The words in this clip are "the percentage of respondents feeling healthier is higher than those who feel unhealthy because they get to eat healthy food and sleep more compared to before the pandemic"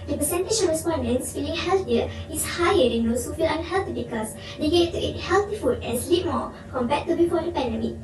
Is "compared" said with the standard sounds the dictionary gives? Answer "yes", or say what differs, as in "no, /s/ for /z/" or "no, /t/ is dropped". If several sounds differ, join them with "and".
no, /b/ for /p/